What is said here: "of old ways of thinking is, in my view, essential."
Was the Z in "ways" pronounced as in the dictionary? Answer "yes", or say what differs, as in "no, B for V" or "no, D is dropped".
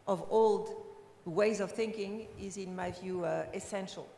yes